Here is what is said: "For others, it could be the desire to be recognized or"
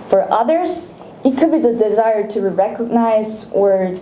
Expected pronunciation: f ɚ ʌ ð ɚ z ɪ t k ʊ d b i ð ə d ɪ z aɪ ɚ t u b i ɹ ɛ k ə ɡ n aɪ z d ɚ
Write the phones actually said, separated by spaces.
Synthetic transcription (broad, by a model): f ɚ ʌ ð ɚ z ɪ t k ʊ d b i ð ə d ɪ z aɪ ɚ t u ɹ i ɹ ɛ k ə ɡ n aɪ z ɚ